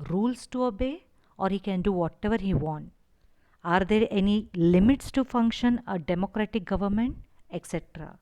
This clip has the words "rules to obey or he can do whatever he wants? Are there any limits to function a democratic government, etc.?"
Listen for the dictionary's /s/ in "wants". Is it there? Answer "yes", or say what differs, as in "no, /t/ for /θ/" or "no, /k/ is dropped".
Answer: no, /s/ is dropped